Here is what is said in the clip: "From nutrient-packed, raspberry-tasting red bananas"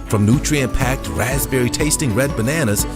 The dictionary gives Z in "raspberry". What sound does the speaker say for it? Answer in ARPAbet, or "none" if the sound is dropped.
Z